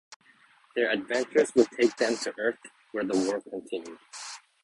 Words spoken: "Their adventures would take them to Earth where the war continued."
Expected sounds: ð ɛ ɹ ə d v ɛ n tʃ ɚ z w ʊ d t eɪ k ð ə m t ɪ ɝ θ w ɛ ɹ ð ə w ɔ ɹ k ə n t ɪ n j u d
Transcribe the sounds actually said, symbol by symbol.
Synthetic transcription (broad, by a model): ð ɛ ɹ ə d v ɛ n tʃ ɚ z w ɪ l t eɪ k ð ə m t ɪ ɝ θ w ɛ ɹ ð ə w ɔ ɹ k ə n t ɪ n j u d